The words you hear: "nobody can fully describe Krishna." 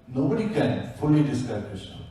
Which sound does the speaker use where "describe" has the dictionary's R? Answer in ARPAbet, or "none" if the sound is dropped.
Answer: none